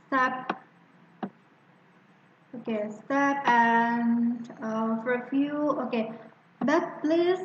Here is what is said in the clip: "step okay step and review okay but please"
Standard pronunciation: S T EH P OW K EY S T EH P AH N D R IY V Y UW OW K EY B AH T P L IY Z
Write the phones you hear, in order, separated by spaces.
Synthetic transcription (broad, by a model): S T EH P OW K EY S T EH P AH N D R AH F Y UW OW K EY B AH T P L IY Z